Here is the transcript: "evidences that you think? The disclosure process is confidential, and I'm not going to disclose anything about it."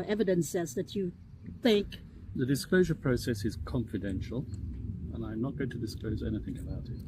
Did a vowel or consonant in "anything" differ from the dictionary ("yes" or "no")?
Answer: no